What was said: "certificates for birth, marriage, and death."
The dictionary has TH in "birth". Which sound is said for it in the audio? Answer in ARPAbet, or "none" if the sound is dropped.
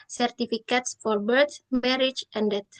S